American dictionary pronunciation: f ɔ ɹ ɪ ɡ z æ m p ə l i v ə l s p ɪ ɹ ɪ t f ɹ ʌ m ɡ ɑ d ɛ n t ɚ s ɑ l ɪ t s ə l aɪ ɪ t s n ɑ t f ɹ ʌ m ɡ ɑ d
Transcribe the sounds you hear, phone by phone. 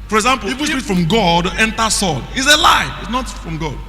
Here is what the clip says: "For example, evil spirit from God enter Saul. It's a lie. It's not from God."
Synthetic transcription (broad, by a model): f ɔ ɹ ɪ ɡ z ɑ m p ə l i w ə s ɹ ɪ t f ɹ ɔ m ɡ ɑ d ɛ n t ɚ s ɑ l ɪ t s ə l aɪ ɪ t s n ɑ t f ɹ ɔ m ɡ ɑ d